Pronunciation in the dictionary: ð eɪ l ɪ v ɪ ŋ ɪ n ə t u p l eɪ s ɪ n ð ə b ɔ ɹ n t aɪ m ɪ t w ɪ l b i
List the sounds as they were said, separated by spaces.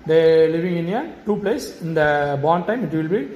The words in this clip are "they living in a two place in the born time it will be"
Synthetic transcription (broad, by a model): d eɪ l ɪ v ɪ ŋ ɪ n ə t u p l eɪ s ɪ n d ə b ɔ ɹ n t aɪ m ɪ t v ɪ l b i